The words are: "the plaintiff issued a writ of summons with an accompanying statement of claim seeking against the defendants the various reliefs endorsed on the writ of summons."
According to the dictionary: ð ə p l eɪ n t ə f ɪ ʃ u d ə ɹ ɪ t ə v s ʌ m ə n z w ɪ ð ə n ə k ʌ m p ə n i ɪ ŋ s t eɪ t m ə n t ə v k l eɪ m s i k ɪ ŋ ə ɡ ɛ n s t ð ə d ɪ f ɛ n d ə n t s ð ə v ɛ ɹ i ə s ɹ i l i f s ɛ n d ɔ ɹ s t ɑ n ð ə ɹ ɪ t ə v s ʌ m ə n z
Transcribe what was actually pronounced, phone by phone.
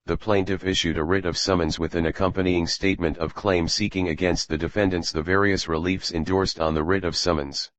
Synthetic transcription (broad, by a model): ð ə p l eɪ n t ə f ɪ ʃ u d ə ɹ ɪ t ə v s ʌ m ə n z w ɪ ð ə n ə k ʌ m p ə n i ɪ ŋ s t eɪ t m ə n t ə v k l eɪ m s i k ɪ ŋ ə ɡ ɛ n s t ð ə d ɪ f ɛ n d ə n t s ð ə v ɛ ɹ i ə s ɹ i l i f s ɛ n d ɔ ɹ s t n ð ə ɹ ɪ t ə v s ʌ m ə n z